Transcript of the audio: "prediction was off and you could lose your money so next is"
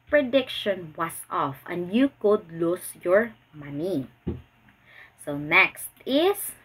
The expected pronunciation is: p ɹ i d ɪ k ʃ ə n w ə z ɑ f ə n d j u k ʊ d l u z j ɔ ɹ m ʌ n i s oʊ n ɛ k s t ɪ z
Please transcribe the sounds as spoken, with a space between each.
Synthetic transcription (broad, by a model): p ɹ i d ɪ k ʃ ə n w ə s ɑ f ə n d j u k ʊ d l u s j ɔ ɹ m ʌ n i s oʊ n ɛ k s t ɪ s